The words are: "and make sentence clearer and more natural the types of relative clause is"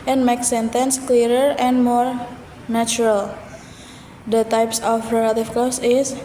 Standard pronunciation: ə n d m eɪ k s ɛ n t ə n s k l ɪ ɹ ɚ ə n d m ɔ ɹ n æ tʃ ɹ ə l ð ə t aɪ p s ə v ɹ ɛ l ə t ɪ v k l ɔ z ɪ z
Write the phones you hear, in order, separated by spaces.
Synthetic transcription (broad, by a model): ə n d m eɪ k s ɛ n t ə n s k l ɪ ɹ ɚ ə n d m ɔ ɹ n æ tʃ ɹ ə l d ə t aɪ p s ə f ɹ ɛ l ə t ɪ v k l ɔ s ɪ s